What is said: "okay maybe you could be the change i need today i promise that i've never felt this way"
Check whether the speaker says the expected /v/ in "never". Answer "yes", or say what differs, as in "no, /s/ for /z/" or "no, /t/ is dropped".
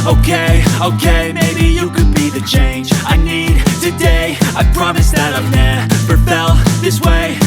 no, /p/ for /v/